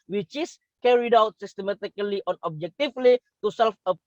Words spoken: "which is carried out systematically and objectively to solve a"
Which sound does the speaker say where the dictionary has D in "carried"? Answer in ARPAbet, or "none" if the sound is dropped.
D